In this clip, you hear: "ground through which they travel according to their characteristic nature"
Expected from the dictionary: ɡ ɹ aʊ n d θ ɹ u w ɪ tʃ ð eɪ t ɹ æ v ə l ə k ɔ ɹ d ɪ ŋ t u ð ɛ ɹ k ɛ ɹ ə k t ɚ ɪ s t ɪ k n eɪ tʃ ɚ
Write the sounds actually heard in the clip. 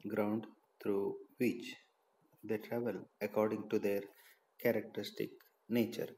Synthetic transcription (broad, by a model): ɡ ɹ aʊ n d t ɹ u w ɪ tʃ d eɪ t ɹ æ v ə l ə k ɔ ɹ d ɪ ŋ t u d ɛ ɹ k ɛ ɹ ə k t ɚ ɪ s t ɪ k n eɪ tʃ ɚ